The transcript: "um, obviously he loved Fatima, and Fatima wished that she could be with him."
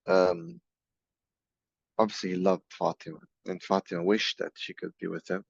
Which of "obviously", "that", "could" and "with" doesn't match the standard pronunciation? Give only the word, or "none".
obviously